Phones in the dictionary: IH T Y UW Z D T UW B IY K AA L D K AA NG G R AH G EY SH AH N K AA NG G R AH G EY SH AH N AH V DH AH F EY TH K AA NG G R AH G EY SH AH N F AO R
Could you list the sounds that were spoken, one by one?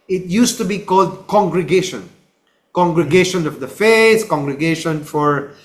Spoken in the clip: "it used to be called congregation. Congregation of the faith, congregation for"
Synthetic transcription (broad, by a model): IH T Y UW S T UW B IY K AA L D K AA NG G R AH G EY SH AH N K AA NG G R AH G EY SH AH N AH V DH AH F EY S K AA NG G R AH G EY SH AH N F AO R